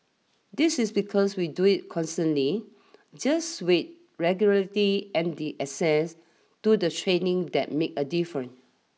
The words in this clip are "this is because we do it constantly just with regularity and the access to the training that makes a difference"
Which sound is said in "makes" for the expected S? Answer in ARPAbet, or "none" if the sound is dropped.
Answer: none